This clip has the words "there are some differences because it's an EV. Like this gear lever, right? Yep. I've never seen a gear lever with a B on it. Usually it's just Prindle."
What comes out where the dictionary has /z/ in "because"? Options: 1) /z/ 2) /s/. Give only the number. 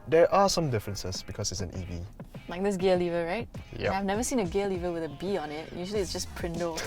2